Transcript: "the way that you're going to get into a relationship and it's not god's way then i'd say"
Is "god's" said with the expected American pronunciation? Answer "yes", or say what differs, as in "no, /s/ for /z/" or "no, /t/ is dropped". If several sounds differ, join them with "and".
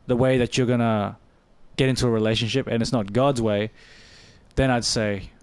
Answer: yes